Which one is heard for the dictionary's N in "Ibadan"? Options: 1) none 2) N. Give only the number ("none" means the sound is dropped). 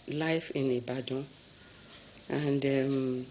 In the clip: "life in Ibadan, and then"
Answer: 1